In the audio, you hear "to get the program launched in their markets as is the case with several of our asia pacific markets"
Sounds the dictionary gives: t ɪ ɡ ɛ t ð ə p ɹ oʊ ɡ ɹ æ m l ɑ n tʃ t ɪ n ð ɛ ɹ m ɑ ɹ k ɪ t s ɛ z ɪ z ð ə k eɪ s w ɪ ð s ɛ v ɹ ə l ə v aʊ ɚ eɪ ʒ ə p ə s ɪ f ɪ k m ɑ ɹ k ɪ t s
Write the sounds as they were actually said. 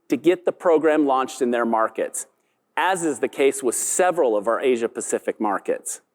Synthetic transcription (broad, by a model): t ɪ ɡ ɛ t ð ə p ɹ oʊ ɡ ɹ æ m l ɑ n tʃ t ɪ n ð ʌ ɹ m ɑ ɹ k ɪ t s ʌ z ɪ z ð ə k eɪ s w ɪ ð s ɛ v ɹ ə l ə v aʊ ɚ eɪ ʒ ə p ə s ɪ f ɪ k m ɑ ɹ k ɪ t s